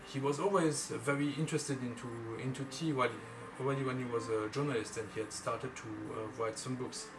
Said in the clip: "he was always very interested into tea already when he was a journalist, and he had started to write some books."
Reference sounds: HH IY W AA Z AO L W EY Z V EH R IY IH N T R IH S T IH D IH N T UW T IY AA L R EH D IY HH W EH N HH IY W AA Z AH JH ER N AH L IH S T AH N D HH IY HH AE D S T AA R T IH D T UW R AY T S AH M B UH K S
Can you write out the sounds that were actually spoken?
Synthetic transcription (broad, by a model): HH IY W AA Z AO L W EY Z V EH R IY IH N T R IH S T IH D IH N T UW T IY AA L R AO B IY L W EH N HH IY W AA Z AH JH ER N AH L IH S T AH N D HH IY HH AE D S T AA R T IH D T UW R AY T S AH M B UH K S